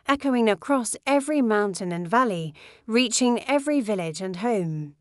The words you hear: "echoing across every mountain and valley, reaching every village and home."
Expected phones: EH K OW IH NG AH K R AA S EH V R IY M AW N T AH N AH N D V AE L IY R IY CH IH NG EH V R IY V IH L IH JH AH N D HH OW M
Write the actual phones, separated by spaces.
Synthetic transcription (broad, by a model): EH K OW IH NG AH K R AA S EH V R IY M AW N T AH N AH N V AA L IY R IY CH IH NG EH V R IY V IH L IH JH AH N HH OW M